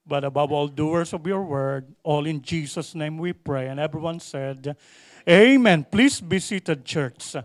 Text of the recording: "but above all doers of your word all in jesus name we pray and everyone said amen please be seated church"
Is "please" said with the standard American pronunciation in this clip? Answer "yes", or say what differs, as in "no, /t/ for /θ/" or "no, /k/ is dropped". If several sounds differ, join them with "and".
no, /s/ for /z/